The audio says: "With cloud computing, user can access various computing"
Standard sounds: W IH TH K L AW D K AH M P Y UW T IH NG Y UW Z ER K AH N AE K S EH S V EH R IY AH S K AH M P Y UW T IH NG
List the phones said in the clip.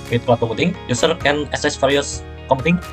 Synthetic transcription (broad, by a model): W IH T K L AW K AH P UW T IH NG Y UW S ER K AH N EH S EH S F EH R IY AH S K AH M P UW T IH NG